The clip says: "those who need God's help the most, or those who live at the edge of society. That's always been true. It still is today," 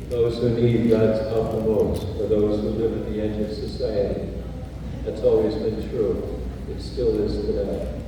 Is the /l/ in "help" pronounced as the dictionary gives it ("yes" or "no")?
no